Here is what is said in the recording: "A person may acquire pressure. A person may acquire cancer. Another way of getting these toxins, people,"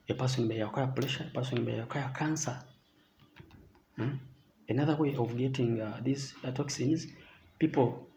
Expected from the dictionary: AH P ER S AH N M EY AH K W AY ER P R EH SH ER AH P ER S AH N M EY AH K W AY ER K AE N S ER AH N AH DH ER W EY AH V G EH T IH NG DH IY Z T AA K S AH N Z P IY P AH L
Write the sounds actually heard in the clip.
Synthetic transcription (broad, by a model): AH P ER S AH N M EY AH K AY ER P L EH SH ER AH P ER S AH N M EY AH K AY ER K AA N S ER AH N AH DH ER W EY AH V G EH T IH NG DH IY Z T AA K S AH N Z P IY P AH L